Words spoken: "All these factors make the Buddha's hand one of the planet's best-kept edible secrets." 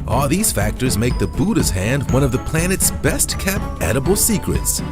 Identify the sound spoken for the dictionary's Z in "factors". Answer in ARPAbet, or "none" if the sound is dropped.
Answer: Z